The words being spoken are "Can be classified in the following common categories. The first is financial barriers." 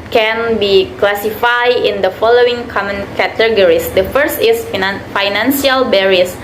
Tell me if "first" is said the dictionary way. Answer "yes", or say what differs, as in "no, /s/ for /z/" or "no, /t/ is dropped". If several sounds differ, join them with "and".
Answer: yes